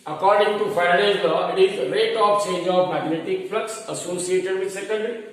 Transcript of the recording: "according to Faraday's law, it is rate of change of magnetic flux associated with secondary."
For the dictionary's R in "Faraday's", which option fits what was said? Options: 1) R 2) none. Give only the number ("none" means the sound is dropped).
2